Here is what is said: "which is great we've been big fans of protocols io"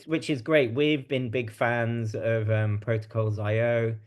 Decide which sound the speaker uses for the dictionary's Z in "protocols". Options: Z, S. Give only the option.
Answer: Z